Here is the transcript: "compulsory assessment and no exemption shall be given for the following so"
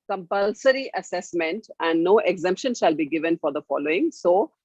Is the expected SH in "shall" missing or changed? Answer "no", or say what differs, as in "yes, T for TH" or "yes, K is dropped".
no